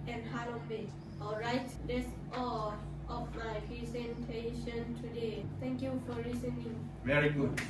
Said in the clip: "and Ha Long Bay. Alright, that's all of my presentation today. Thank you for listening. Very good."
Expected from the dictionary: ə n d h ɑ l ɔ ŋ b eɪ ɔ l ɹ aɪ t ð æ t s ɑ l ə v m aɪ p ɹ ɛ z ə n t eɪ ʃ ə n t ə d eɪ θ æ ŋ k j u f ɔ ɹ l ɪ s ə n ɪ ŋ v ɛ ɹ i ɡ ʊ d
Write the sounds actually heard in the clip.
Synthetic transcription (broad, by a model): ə n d h ɑ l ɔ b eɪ ɔ l ɹ aɪ t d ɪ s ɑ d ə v m aɪ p ɹ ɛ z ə n t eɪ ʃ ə n t ə d eɪ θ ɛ ŋ k j u f ɔ ɹ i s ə n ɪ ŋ v ɛ ɹ i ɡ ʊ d